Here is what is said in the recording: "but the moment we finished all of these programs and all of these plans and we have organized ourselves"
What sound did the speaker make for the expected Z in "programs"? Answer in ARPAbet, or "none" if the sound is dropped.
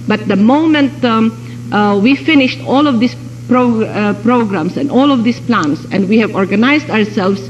S